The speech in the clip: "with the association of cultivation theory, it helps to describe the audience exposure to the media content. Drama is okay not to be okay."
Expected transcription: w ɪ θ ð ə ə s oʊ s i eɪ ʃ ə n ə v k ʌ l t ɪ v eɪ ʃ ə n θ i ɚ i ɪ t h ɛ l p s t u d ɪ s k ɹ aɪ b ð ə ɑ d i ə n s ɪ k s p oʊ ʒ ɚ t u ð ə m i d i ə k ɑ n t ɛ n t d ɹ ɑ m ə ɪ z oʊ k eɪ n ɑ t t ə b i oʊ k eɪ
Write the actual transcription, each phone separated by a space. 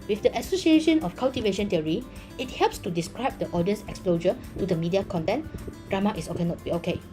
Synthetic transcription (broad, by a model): w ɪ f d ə ə s oʊ s i eɪ ʃ ə n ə f k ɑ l t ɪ v eɪ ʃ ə n t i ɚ i ɪ t h ɛ l p s t u d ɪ s k ɹ aɪ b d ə ɑ d i ə n s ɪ k s p oʊ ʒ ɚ t u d ə m i d i ə k ɑ n t ɛ n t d ɹ ɑ m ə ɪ s oʊ k eɪ n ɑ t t b i oʊ k eɪ